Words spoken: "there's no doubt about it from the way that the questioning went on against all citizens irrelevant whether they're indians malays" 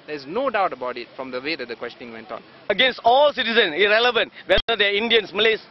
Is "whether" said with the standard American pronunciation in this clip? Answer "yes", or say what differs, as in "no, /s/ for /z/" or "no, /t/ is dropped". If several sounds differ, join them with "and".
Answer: no, /ð/ is dropped